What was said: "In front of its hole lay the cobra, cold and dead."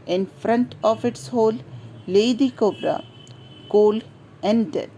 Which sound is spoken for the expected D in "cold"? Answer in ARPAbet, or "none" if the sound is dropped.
none